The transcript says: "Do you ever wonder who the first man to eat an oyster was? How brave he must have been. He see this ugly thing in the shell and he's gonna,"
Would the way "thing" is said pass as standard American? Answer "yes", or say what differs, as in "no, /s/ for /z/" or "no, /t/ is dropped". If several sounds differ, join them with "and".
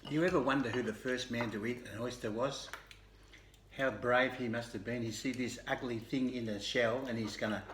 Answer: yes